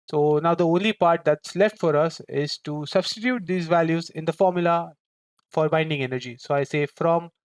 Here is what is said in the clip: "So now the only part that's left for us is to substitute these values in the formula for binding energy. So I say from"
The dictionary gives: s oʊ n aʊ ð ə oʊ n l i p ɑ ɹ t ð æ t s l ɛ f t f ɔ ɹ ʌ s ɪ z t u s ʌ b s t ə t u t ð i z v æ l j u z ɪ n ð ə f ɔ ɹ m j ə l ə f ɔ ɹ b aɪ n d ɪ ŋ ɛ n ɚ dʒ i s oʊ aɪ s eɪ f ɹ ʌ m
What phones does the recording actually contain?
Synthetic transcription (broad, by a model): s oʊ n aʊ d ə oʊ n l i p ɑ ɹ t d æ t s l ɛ f t f ɔ ɹ ʌ s ɪ z t u s ʌ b s t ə t u t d i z v æ l j u z ɪ n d ə f ɔ ɹ m j ə l ə f ɔ ɹ b aɪ n d ɪ ŋ ɛ n ɚ dʒ i s oʊ aɪ s eɪ f ɹ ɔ m